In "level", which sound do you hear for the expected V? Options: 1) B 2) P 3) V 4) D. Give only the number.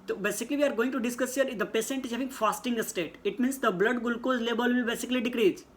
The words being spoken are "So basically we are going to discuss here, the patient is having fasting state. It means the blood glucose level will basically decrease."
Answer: 1